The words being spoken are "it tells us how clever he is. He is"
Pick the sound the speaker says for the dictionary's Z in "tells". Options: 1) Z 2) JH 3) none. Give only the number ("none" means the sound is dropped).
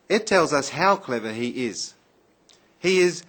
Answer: 1